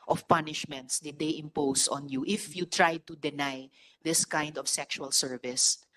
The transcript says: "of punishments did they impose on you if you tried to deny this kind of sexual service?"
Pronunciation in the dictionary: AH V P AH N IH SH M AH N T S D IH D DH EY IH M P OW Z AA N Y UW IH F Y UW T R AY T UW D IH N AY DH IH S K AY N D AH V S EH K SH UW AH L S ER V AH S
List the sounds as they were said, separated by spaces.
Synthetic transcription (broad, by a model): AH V P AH N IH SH M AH N T S D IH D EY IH M P OW S AA N Y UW IH F Y UW T R AY T UW D IH N AY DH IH S K AY N D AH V S EH K SH UW AH L S ER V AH S